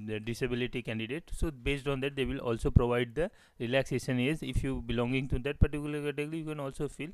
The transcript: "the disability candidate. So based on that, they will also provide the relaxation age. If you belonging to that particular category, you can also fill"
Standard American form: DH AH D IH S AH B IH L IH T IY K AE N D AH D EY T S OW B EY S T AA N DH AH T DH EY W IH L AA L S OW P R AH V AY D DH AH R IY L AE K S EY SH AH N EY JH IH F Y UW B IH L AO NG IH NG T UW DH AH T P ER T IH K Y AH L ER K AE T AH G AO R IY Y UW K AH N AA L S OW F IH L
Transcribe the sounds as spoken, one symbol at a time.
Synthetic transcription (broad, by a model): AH D IH S AH B IH L IH T IY K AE N D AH D EY T S OW B EY S T AA N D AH T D EY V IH L AA L S OW P R AH V AY D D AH R IY L AE K S EY SH AH N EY Z IH F Y UW B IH L AO NG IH NG T UW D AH T P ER T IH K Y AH L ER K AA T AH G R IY Y UW K AH N AA L S OW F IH L